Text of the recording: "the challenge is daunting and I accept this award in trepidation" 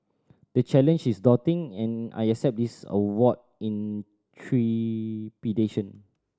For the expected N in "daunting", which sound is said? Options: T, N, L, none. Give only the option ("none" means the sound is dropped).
none